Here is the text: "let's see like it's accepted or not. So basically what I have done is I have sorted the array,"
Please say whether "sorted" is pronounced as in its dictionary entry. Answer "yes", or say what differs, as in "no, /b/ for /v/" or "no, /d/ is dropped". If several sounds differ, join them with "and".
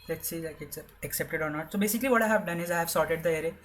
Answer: yes